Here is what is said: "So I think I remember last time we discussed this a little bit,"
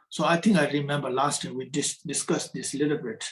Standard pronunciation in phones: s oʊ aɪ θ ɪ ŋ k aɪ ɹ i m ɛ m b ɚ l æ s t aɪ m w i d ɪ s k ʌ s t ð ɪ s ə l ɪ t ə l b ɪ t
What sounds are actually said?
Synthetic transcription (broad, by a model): s oʊ aɪ t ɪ ŋ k aɪ ɹ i m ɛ m b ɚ l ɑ s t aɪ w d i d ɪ s k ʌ s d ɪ s l ɪ t ə l b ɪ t